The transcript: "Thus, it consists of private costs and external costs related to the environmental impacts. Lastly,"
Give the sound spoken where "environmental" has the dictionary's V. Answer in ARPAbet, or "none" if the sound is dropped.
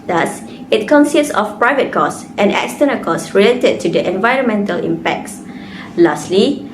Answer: V